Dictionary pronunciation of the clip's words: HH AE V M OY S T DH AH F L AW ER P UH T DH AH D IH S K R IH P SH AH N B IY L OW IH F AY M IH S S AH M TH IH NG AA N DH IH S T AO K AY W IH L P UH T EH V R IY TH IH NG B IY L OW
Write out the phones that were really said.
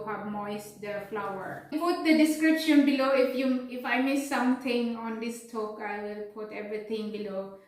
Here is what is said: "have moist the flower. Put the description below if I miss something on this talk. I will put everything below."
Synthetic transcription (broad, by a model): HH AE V M OY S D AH F L AW ER P UH T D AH D IH S K R IH P SH AH N B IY L OW IH F AY M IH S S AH M T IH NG AA N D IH S T AO K AY W IH L P UH T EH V R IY T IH NG B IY L OW